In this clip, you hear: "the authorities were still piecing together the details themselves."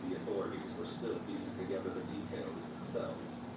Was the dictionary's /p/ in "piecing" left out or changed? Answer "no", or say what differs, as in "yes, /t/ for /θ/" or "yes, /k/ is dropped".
yes, /f/ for /p/